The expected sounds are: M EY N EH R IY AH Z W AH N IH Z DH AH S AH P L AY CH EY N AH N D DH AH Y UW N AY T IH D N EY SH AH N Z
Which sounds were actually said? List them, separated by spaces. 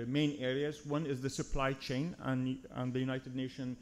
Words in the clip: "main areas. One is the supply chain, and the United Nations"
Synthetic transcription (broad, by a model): M EY N EH R IY AH Z W AH N IH Z DH AH S AH P L AY CH EY N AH N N DH AH Y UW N AY T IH D N EY SH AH N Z